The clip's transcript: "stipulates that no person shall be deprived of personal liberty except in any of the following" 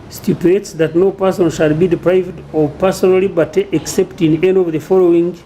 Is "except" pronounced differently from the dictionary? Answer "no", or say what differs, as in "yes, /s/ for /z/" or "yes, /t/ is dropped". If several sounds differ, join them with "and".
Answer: no